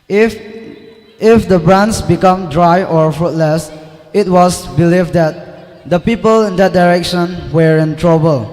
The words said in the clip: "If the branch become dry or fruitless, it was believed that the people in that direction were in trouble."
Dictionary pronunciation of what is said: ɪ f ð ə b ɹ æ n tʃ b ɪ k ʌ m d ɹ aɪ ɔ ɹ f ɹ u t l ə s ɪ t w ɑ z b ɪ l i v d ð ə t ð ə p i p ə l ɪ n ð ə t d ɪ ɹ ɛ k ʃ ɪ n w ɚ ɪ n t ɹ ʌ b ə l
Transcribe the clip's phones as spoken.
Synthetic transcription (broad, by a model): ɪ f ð ə b ɹ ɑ n s b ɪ k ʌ m d ɹ aɪ ɔ ɹ f ɹ u t l ə s ɪ t w ɑ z b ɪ l i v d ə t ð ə p i p ə l ɪ n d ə t d ɪ ɹ ɛ k ʃ ɪ n w ɚ ɪ n t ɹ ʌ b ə l